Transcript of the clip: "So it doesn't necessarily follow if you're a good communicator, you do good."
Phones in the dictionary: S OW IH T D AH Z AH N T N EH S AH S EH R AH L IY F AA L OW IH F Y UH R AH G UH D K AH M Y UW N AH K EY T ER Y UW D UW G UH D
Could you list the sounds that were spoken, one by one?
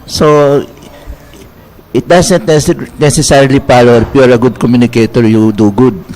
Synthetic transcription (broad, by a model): S OW IH T D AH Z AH N T N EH S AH S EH R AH L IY P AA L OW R P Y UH R AH G UH D K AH M Y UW N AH K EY T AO Y UW D UW G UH D